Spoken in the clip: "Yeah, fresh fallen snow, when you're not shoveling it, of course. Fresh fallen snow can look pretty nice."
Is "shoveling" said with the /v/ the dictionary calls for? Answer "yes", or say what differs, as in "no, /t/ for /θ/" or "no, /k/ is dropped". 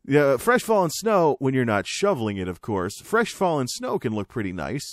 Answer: yes